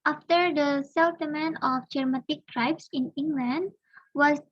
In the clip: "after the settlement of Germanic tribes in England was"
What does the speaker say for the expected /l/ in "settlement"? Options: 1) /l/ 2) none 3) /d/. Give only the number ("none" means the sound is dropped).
2